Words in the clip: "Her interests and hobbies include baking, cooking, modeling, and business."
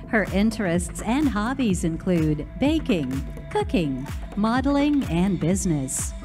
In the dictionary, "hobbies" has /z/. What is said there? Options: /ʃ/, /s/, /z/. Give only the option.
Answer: /z/